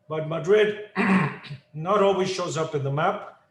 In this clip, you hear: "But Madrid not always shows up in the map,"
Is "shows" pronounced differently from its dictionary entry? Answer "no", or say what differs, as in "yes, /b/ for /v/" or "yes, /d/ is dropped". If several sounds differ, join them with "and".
no